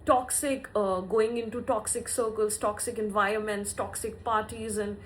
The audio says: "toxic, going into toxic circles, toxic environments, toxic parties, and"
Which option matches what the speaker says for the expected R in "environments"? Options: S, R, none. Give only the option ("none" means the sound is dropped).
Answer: R